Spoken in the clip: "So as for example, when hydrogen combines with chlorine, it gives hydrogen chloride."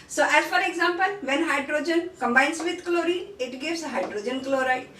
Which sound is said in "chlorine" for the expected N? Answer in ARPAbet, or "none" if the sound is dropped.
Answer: none